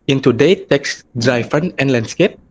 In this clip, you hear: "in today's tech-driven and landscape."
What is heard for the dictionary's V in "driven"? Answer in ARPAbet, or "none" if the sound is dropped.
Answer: F